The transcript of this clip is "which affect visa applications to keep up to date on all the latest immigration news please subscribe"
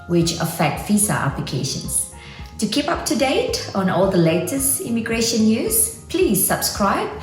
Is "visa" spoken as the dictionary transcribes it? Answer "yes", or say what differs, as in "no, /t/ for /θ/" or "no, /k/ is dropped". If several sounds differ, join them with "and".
no, /f/ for /v/